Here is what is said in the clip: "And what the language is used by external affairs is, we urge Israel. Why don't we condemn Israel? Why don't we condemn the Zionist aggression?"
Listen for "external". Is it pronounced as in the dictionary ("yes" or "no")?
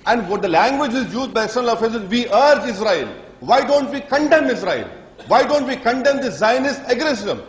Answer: no